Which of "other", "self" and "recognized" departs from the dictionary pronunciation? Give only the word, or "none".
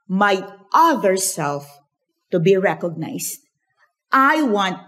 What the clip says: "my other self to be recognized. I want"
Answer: recognized